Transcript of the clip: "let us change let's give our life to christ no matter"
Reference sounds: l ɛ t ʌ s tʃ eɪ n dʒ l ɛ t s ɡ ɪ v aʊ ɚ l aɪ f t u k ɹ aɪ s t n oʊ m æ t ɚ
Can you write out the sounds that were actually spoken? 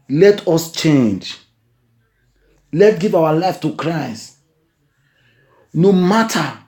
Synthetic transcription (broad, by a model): l ɛ t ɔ s tʃ eɪ n dʒ l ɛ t ɡ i v aʊ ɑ l aɪ f t u k ɹ aɪ s t n oʊ m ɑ t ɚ